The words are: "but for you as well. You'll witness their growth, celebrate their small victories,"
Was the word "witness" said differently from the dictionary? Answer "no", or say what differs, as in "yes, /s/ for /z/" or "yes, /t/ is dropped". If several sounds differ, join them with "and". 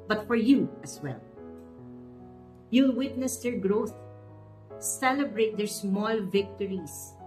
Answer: no